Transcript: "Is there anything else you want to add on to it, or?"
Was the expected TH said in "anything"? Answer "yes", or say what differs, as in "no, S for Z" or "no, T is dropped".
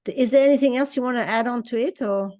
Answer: yes